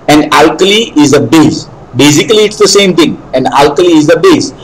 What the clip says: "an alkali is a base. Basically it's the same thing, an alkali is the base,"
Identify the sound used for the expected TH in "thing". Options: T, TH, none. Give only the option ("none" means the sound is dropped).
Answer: T